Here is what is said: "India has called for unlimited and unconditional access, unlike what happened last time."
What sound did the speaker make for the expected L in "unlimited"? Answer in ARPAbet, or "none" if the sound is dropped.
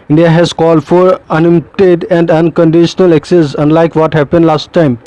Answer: none